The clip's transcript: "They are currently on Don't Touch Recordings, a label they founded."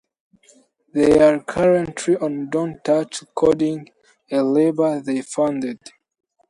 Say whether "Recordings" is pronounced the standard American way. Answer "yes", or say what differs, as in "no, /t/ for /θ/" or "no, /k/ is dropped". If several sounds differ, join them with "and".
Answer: no, /z/ is dropped